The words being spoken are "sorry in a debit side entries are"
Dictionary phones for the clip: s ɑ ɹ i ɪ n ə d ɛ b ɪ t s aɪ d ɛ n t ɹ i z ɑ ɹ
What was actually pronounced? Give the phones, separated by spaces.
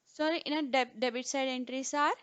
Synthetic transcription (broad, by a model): s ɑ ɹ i ɪ n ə d ɛ b ɪ t s aɪ d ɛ n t ɹ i s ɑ ɹ